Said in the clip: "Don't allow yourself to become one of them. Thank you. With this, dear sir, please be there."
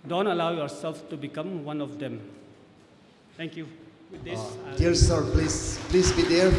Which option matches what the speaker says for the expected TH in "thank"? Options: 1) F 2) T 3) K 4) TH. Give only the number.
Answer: 2